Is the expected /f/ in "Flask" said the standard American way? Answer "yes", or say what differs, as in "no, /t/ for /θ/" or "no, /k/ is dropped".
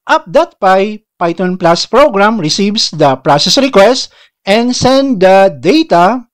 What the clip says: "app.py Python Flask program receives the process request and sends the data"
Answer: no, /p/ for /f/